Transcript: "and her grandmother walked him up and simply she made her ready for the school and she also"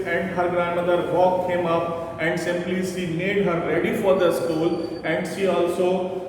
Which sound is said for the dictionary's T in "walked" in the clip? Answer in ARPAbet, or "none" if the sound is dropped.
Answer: none